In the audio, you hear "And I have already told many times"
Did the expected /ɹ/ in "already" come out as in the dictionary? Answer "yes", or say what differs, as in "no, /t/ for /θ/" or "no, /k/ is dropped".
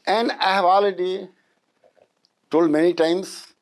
no, /ɹ/ is dropped